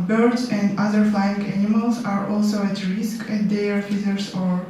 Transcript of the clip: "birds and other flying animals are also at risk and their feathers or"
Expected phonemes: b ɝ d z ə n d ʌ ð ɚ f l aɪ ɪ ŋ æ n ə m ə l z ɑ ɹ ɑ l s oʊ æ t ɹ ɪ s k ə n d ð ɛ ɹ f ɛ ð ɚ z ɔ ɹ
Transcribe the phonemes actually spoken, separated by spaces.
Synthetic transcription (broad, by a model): b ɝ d ə n d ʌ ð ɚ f l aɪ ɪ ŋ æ n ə m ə l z ɑ ɹ ɑ l s oʊ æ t ɹ ɪ s k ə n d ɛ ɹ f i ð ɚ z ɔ ɹ